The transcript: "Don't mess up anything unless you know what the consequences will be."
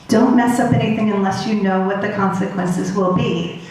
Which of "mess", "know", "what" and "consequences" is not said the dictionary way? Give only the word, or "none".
none